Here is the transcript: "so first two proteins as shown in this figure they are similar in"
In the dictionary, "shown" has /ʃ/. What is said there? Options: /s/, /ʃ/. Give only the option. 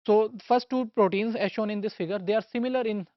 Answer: /ʃ/